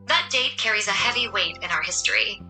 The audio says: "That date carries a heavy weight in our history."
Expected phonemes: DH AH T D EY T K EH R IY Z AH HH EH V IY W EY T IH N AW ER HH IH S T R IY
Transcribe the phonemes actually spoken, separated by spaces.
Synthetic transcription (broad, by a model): DH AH T D EY T K EH R IY Z AH HH EH V IY W EY T IH N AW ER HH IH S T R IY